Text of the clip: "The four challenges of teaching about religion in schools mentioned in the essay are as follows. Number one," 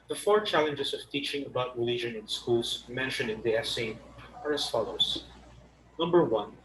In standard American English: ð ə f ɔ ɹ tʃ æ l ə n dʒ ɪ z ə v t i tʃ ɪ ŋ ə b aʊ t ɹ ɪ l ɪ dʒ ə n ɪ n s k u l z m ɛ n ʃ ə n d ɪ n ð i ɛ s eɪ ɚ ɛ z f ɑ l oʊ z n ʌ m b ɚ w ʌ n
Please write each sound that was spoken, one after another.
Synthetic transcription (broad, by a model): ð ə f ɔ ɹ tʃ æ l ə n dʒ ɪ s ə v t i tʃ ɪ ŋ ə b aʊ t ɹ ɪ l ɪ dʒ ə n ɪ n s k u l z m ɛ n ʃ ə n d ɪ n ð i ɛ s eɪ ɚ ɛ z f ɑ l oʊ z n ʌ m b ɚ w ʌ n